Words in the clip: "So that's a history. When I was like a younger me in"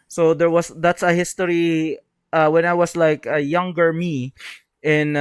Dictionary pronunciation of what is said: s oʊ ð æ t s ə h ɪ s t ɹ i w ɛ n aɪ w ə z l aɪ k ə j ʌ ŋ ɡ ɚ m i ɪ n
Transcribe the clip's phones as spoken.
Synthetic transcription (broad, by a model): s oʊ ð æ t s ə h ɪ s t ɹ i w ɛ n aɪ w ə s l aɪ k ə j ʌ ŋ ɡ ɚ m i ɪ n